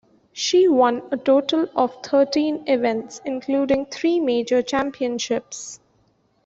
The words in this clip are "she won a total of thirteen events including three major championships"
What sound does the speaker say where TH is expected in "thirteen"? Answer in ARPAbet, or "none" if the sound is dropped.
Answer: T